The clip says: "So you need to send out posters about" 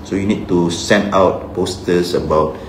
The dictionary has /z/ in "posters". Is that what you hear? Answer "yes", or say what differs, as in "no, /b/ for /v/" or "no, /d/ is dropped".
no, /s/ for /z/